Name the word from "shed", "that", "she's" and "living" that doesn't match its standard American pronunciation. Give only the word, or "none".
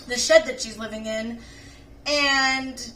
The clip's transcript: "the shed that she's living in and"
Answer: none